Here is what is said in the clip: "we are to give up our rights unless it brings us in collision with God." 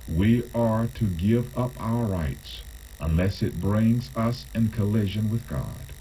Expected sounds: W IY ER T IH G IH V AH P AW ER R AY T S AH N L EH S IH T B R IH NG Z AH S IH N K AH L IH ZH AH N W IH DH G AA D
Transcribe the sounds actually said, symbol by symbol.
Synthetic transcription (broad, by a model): W IY ER T IH G IH V AH P AW ER R AY T S AH N L EH S IH T B R IH NG Z AH S IH N K AH L IH ZH AH N W IH DH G AA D